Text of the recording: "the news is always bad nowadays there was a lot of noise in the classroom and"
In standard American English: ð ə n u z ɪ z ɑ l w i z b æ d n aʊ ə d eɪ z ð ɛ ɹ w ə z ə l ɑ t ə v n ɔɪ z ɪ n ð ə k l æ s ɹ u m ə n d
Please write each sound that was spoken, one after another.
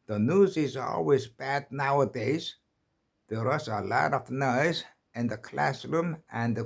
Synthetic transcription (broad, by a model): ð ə n u z ɪ z ɑ l w i z b æ d n aʊ ə d eɪ z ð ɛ ɹ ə s ə l ɑ t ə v n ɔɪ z ɪ n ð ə k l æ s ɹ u m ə n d